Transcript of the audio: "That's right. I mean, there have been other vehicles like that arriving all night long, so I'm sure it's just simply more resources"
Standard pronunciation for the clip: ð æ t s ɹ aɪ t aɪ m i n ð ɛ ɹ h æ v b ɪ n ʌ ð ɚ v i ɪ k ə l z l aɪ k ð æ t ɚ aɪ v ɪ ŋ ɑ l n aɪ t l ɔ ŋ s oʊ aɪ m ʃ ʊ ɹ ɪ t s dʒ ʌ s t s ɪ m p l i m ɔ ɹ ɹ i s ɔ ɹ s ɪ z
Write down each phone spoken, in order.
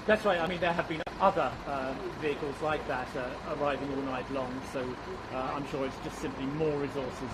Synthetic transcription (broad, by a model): ð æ t s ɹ aɪ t aɪ m i n ð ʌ ɹ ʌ v b ɪ n ʌ ð ɚ v i ɪ k ə l z l aɪ k ð æ t ɚ aɪ v ɪ ŋ ɑ l n aɪ t l ɔ ŋ s oʊ aɪ m ʃ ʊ ɹ ɪ t s dʒ ʌ s t s ɪ m p l i m ɔ ɹ ɹ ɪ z ɔ ɹ s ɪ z